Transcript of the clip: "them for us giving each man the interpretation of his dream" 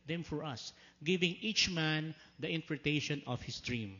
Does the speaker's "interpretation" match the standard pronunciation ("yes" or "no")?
no